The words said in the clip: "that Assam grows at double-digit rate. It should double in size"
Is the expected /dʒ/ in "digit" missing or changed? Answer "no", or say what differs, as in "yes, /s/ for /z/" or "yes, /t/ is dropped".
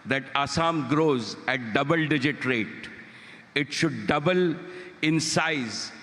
no